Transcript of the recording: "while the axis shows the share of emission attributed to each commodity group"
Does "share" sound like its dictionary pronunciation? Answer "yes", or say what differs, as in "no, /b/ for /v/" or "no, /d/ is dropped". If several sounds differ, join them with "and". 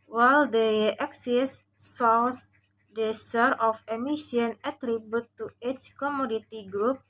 no, /s/ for /ʃ/